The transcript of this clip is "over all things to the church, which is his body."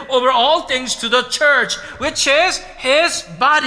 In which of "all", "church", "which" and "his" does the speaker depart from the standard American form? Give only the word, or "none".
none